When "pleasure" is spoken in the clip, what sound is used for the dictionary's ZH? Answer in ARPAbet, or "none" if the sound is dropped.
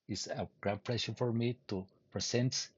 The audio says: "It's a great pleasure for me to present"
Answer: SH